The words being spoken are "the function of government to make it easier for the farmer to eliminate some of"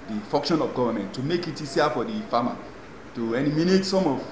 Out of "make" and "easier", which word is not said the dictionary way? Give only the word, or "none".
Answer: easier